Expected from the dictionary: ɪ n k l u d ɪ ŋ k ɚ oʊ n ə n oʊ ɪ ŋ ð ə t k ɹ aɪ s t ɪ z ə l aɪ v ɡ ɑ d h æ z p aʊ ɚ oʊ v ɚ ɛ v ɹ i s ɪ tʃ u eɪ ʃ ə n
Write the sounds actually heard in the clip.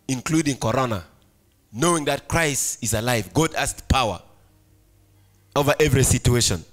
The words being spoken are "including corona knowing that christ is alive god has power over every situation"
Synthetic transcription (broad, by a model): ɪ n k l u d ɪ ŋ k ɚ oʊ n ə n oʊ ɪ ŋ ð ə t k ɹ aɪ s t ɪ z ə l aɪ v ɡ ɑ d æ s p aʊ ɚ oʊ v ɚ ɛ v ɹ i s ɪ tʃ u eɪ ʃ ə n